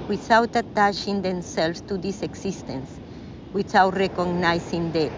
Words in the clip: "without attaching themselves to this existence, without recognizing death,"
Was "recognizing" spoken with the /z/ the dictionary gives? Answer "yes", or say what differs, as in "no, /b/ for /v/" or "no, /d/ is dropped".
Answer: no, /s/ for /z/